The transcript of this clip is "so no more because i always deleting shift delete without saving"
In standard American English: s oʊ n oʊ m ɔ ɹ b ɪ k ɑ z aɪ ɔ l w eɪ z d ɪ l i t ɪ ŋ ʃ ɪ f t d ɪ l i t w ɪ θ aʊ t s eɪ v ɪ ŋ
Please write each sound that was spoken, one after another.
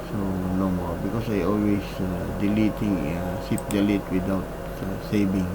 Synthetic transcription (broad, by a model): s oʊ n oʊ m ɔ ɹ b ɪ k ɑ s aɪ ɔ l w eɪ s d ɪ l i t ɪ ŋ s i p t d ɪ l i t w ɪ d aʊ t s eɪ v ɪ ŋ